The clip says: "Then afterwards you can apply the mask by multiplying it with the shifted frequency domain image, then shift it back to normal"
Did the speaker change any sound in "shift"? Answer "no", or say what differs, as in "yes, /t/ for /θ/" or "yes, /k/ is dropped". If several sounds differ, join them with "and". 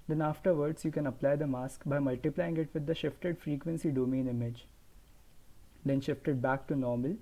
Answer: no